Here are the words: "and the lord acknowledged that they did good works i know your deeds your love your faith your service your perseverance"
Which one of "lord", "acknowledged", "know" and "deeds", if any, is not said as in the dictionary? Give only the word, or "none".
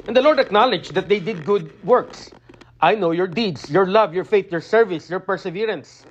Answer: deeds